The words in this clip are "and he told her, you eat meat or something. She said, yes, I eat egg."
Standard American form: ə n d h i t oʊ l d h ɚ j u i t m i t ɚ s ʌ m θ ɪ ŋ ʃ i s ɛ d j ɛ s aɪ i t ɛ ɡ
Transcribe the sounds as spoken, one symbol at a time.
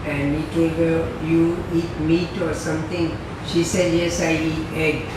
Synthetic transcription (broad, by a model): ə n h i t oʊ l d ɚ j u i t m i t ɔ s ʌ m t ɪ ŋ ʃ i s ɛ d j ɛ s aɪ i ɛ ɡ